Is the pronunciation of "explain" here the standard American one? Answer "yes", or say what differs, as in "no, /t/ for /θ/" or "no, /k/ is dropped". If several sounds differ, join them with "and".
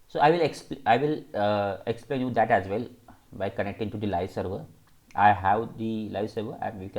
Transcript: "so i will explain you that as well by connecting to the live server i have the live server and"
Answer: yes